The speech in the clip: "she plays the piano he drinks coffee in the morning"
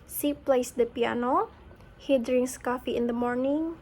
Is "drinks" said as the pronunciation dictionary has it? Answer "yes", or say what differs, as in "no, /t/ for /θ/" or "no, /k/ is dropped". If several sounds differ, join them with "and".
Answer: no, /k/ is dropped